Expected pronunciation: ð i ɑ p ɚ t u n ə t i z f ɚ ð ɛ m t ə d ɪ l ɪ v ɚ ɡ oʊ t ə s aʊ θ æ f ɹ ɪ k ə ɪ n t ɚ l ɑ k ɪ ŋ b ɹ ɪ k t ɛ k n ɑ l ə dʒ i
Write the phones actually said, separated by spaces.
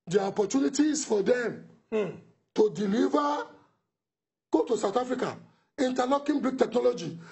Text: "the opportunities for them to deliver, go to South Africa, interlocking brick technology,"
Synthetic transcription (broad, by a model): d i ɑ p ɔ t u n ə t i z f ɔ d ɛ m t ə d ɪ l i v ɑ ɡ oʊ t ə s aʊ t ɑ f ɹ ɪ k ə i n t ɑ n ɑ k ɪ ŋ b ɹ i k t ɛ k n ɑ l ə dʒ i